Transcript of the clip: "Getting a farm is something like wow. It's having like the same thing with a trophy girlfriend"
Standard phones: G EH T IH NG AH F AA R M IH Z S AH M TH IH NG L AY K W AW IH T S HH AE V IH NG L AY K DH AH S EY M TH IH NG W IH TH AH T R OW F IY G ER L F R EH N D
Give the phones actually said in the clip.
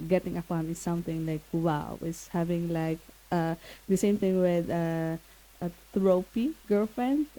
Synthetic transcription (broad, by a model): G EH T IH NG AH P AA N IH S S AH M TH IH NG L AY K W AW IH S HH AE V IH NG L AY K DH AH S EY M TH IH NG W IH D AH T R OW P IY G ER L F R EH N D